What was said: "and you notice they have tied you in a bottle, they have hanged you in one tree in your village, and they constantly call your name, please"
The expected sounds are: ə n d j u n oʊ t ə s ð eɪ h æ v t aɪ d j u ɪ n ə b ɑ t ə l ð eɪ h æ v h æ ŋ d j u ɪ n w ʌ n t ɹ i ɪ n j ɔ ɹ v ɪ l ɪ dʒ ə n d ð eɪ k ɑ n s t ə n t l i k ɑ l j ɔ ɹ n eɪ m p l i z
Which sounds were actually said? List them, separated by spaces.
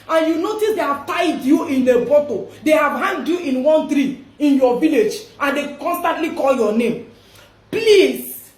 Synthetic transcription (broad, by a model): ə n j u n oʊ t ə s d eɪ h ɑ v t aɪ d j u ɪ n ə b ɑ t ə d eɪ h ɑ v h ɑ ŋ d j u ɪ n w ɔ n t ɹ i ɪ n j ɔ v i l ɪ dʒ ə n d eɪ k ɑ n s t ə n t l i k ɑ l j ɔ n eɪ m p l i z